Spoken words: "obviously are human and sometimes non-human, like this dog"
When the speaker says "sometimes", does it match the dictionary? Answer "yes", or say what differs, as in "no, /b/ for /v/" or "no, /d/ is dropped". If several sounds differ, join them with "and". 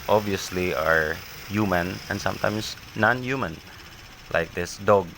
no, /s/ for /z/